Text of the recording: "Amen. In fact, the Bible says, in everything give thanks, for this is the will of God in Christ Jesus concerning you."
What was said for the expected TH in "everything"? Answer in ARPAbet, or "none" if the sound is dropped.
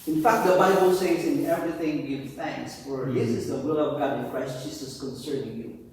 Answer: TH